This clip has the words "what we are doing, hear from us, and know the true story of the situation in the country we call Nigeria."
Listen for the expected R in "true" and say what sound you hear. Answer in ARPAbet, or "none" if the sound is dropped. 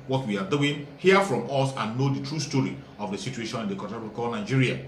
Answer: R